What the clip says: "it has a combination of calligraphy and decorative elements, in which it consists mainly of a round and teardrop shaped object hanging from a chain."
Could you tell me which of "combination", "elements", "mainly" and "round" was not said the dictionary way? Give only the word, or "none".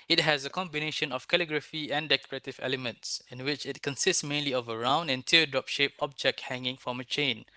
none